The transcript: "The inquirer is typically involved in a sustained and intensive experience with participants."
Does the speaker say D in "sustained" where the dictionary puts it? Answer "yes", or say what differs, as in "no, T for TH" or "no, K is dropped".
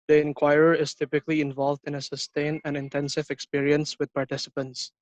no, D is dropped